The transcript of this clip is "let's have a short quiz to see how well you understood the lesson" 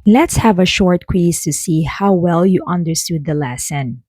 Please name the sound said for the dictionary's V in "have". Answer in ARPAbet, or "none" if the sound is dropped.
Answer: V